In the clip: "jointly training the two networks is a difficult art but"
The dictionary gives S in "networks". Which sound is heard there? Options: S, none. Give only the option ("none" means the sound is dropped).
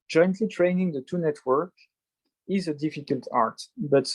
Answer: none